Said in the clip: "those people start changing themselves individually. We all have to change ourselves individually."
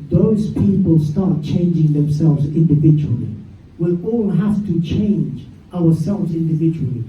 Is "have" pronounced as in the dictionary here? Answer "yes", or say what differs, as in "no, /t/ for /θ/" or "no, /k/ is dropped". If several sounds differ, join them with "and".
no, /f/ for /v/